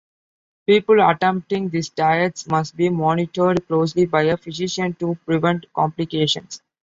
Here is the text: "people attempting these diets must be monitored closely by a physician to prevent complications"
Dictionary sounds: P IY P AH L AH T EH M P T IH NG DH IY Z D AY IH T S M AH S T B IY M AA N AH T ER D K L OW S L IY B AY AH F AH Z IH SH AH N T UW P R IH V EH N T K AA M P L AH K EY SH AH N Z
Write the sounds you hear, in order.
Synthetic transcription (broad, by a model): P IY P AH L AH T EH M P T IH NG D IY S D AY IH T S M AH S T B IY M AA N AH T ER D K L OW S L IY B AY AH F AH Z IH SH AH N T UW P R IH V EH N T K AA M P L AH K EY SH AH N S